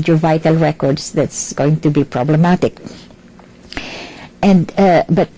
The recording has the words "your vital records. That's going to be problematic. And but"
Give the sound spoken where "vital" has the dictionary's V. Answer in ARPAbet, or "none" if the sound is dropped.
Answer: V